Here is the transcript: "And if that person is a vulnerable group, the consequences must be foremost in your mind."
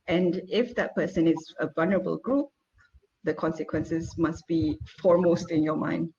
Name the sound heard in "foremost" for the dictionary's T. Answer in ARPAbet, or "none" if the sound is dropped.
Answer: T